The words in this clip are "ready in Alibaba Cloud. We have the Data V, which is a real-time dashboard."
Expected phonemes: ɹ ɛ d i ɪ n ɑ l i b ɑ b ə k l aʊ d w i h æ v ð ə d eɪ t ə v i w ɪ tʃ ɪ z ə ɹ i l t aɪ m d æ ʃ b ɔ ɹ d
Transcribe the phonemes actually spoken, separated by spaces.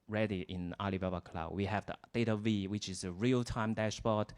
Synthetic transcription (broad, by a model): ɹ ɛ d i ɪ n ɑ l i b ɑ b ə k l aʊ w i h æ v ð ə d eɪ t ə v i w ɪ tʃ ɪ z ə ɹ i l t aɪ m d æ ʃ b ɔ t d